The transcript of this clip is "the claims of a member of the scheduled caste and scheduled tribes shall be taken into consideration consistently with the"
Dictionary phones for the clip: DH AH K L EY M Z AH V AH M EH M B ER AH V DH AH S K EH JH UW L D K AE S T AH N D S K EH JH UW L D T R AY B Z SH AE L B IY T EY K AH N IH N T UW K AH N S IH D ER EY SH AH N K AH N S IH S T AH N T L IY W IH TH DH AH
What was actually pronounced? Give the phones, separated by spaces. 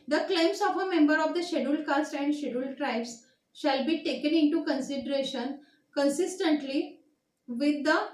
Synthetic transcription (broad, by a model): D AH K L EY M S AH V AH M EH M B ER AH V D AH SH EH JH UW L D K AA S T AH N D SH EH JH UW L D T R AY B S SH AE L B IY T EY K AH N IH N T UW K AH N S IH D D EY SH AH N K AH N S IH S T AH N T L IY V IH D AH